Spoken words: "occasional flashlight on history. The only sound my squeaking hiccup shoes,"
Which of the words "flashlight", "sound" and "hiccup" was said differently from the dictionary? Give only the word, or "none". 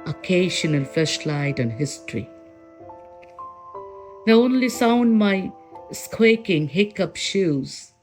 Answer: flashlight